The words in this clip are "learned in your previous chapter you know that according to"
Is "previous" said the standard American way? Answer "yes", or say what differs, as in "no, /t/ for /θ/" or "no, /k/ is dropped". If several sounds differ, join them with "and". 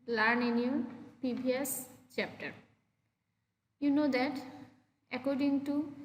no, /ɹ/ is dropped and /b/ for /v/